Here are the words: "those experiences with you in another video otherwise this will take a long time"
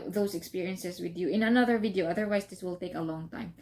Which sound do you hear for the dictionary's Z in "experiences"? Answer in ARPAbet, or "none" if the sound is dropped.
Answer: S